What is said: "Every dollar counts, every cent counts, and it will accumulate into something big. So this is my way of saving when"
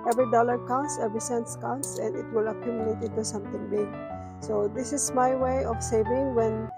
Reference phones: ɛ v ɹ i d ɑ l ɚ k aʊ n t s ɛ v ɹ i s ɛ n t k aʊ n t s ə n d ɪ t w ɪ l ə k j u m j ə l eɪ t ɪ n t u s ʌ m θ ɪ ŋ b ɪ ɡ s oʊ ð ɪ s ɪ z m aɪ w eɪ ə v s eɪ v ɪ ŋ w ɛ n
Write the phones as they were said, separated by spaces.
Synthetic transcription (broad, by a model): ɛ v ɹ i d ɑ l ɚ k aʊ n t s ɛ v ɹ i s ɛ n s k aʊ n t s ə n d ɪ t w ɪ l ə k j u m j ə l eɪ t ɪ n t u s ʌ m t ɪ ŋ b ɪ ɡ s oʊ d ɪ s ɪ s m aɪ w eɪ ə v s eɪ v ɪ ŋ w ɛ n